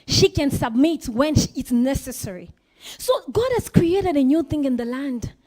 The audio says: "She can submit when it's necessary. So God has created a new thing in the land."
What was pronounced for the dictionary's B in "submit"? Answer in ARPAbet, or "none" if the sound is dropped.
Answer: B